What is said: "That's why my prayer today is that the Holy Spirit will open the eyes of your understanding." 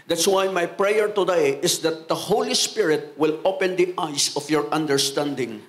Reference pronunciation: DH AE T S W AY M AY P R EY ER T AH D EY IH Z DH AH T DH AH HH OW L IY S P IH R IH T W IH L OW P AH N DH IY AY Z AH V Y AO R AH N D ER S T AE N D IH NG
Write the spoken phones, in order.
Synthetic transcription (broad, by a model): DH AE T S W AY M AY P R EY ER T AH D EY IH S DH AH T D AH HH OW L IY S P IH R IH T W IH L OW P AH N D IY AY S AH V Y AO R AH N D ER S T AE N D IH NG